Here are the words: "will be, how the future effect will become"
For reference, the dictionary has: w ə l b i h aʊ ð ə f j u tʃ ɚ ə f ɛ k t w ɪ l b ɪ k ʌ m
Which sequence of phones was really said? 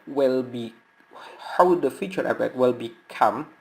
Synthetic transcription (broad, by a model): w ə l b i h aʊ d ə f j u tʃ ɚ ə p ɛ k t w ɪ l b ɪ k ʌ m